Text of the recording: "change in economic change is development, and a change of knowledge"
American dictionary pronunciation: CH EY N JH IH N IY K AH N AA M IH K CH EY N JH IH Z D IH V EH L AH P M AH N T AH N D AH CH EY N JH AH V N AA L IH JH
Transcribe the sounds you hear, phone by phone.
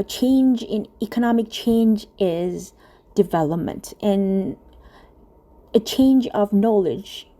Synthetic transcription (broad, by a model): CH EY N JH IH N IY K AH N AA M IH K CH EY N JH IH Z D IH V EH L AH P M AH N T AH N AH CH EY N JH AH V N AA L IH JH